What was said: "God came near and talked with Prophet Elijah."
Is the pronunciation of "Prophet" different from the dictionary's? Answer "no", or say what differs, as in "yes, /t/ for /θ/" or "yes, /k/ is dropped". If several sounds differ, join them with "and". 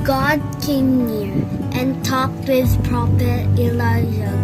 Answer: yes, /p/ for /f/